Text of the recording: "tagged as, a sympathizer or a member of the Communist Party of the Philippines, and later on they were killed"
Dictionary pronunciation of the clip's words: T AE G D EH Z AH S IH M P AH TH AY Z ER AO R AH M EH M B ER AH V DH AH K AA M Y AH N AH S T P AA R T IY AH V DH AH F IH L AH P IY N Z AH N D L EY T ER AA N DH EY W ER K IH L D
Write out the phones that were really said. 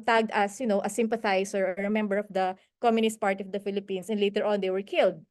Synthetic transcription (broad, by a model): T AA G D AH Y AH S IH M P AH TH AY S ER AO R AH M EH M B ER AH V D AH K AA M Y AH N AH S T P AA R T IY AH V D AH F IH L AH P IY N S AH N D L EY T ER AA N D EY W ER K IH L D